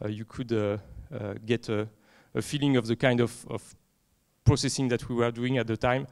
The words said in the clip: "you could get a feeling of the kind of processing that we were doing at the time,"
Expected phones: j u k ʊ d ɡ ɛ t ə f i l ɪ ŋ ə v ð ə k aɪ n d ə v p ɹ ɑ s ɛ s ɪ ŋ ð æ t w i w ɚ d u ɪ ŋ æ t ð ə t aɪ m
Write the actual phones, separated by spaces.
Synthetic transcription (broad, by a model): j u k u d ɡ ɛ t ə f i l ɪ ŋ ə v ð ə k aɪ n d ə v p ɹ ɑ s ɛ s ɪ ŋ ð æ t w i w ɚ d u ɪ ŋ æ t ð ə t aɪ m